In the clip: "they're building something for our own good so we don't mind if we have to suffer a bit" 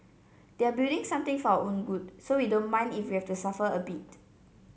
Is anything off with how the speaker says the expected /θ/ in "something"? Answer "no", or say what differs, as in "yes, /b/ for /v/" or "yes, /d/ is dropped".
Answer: yes, /t/ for /θ/